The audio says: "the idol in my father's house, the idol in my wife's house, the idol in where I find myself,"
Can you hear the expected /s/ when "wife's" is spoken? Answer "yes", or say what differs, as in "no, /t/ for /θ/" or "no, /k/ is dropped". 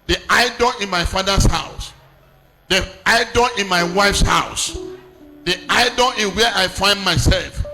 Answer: yes